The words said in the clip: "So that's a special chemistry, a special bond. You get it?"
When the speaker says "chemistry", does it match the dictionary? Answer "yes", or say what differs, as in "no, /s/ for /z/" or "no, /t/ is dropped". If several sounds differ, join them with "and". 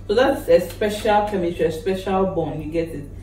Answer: no, /s/ is dropped and /ɹ/ is dropped